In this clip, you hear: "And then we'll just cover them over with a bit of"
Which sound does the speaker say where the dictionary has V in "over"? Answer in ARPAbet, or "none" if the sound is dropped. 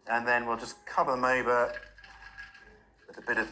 B